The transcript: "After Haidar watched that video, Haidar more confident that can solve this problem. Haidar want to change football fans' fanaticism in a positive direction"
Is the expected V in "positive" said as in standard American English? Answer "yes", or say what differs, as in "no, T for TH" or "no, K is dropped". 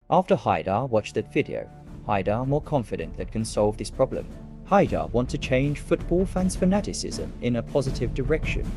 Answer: yes